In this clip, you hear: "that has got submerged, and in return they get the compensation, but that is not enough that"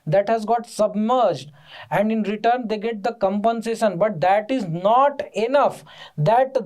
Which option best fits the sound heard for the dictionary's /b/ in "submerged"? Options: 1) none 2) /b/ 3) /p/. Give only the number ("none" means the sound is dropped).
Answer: 2